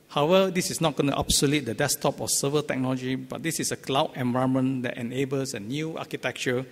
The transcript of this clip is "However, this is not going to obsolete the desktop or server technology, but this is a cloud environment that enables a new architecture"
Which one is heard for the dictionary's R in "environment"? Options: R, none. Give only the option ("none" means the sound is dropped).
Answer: none